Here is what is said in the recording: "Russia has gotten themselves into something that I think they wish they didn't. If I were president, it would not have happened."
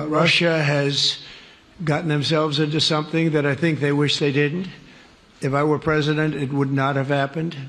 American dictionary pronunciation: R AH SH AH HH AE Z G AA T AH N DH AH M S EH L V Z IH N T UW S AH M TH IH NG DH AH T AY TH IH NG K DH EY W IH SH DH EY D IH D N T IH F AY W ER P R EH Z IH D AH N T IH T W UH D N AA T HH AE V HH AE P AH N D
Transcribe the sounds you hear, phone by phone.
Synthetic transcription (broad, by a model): R AH SH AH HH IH Z G AA T N DH AH M S EH L V Z IH N T UW S AH M TH IH NG DH AH T AY TH IH NG K DH EY W IH SH DH EY D IH D N T IH F AY W ER P R EH Z IH D AH N T IH T W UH D N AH T HH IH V HH AE P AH N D